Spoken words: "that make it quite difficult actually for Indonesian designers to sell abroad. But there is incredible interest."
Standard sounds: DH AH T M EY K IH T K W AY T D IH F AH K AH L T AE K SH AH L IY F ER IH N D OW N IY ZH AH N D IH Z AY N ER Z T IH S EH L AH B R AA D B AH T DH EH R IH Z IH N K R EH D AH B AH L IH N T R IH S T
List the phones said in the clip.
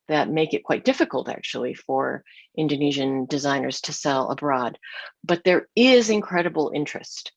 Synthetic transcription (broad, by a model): DH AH T M EY K IH T K W AY T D IH F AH K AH L T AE K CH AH L IY F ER IH N D OW N IY ZH AH N D IH Z AY N ER Z T IH S EH L AH B R AA D B AH T DH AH R IH Z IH N K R EH D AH B L IH N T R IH S T